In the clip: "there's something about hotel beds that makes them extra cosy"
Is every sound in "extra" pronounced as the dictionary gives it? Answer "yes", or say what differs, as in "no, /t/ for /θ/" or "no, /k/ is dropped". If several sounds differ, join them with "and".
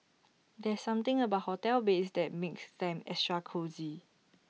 no, /k/ is dropped